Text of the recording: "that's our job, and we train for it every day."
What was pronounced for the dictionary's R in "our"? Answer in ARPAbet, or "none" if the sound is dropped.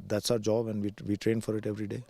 R